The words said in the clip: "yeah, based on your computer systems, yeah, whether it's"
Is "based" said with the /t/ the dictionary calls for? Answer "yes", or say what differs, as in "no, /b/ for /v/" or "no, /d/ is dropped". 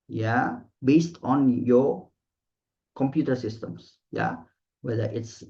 yes